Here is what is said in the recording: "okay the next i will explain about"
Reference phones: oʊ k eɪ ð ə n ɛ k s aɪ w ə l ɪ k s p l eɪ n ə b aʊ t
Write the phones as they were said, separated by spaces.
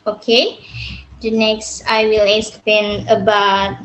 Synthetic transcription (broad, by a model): oʊ k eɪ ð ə n ɛ k s aɪ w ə l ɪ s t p eɪ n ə b aʊ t